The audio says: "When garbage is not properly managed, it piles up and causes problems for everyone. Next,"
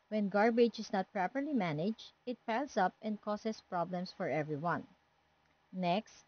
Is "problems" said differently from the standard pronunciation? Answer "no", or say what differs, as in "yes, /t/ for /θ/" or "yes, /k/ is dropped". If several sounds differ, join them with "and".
yes, /s/ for /z/